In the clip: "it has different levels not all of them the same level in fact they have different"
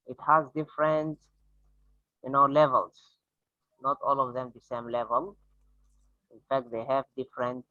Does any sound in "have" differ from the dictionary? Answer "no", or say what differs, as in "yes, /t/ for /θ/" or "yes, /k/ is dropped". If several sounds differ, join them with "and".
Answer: no